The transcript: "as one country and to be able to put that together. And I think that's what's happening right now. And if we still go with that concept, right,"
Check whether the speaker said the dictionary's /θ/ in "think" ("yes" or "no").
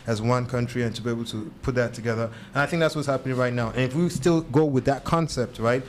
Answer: yes